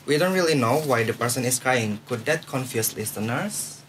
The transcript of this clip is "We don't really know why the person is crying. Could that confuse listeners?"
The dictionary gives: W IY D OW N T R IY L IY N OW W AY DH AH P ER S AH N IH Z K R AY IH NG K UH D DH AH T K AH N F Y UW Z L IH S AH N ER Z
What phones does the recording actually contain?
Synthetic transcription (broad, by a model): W IY D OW N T R IY L IY N OW W AY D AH P ER S AH N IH S K R AY IH NG K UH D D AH T K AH N F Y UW S L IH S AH N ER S